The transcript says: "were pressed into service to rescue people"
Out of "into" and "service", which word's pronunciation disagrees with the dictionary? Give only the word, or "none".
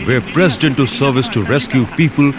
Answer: none